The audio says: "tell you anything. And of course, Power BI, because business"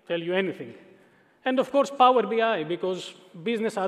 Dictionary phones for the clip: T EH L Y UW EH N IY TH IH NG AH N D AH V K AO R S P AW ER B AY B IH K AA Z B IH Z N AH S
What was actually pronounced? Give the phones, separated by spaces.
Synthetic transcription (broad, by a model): T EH L Y UW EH N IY T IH NG AH N D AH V K AO R S P AW ER B AY B IH K AA Z B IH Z N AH S